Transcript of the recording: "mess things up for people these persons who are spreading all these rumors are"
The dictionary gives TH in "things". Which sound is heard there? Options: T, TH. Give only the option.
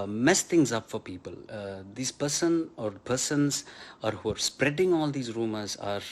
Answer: T